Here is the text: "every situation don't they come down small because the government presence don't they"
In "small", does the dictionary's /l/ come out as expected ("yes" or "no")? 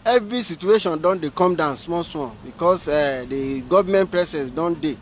no